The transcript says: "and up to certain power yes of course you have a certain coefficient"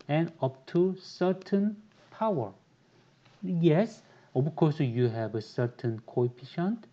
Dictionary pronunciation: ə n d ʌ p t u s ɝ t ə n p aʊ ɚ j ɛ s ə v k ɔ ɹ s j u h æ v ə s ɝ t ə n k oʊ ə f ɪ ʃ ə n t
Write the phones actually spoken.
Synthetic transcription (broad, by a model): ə n ʌ p t u s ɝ t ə n p aʊ ɚ j ɛ s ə b k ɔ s j u h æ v ə s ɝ t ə n k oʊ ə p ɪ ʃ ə n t